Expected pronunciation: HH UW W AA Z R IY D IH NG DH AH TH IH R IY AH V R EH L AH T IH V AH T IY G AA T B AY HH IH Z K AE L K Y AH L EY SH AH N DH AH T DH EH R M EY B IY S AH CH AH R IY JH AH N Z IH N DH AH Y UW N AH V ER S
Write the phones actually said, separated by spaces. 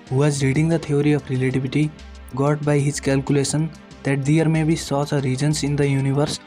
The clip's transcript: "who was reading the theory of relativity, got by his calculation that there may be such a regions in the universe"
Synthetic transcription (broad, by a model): HH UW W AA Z R IY D IH NG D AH T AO R IY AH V R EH L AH T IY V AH T IY G AA T B AY HH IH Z K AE L K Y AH L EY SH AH N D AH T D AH R M EY B IY S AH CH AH R IY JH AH N S IH N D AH Y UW N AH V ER S